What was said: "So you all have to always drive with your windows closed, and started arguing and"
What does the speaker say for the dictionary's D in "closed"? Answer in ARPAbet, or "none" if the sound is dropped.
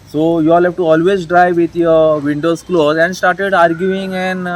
none